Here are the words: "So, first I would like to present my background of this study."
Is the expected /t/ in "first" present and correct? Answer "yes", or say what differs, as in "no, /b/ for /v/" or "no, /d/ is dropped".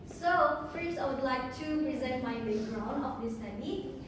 no, /t/ is dropped